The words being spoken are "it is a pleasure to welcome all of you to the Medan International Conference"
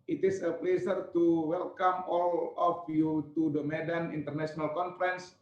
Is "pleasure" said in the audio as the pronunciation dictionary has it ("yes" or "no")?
no